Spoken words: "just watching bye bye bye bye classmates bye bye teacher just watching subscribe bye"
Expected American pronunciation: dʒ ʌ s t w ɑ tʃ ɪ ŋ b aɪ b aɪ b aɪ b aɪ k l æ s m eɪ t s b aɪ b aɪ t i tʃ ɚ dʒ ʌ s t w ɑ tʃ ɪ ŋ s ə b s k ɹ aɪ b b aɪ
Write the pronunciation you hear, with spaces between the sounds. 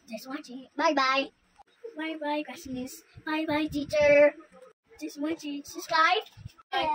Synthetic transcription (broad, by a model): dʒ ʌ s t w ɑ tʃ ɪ b aɪ b aɪ b aɪ b aɪ k w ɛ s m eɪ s b aɪ b aɪ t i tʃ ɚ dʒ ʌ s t w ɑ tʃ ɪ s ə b s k ɹ aɪ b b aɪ